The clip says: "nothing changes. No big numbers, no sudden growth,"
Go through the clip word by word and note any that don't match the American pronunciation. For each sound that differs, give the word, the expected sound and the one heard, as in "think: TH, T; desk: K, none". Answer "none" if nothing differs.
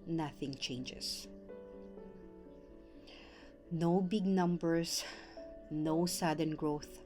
changes: Z, S; numbers: Z, S